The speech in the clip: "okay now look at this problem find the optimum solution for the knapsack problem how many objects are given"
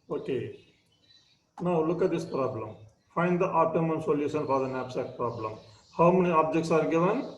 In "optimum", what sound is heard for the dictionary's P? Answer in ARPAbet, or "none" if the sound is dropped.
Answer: none